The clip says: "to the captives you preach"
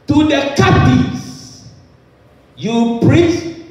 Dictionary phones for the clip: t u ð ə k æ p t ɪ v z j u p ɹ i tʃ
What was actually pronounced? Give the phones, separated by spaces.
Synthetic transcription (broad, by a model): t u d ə k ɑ t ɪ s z j u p ɹ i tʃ